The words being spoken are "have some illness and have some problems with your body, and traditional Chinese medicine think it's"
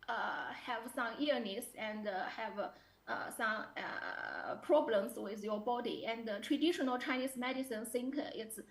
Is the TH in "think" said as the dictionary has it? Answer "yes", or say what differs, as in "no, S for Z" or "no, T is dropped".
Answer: no, S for TH